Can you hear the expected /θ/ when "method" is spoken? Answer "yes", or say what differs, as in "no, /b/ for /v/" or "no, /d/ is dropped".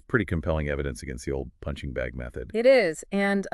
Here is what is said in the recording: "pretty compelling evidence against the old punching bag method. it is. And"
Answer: yes